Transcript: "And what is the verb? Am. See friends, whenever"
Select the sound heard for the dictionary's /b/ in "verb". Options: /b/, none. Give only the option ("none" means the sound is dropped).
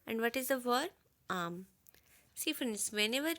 none